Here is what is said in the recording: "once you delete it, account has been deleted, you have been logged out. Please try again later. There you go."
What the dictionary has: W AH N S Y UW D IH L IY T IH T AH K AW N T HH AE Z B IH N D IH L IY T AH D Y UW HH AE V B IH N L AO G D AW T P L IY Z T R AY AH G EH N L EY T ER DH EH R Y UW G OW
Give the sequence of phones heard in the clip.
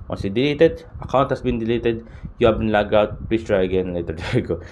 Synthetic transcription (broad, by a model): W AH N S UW D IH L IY T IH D AH K AW N T HH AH S B IH N D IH L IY T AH D Y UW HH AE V B IH N L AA G AW T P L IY S T R AY AH G EH N L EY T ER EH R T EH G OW